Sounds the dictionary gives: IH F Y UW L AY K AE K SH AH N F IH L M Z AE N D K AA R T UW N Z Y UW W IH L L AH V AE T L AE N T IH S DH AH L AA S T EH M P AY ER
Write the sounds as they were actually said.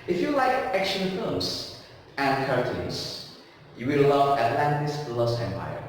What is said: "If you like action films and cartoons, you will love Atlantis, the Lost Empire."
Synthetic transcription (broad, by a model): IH F Y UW L AY K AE K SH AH N F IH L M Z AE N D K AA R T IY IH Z Y UW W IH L L AH V AE T L AE N T IH S L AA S EH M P AY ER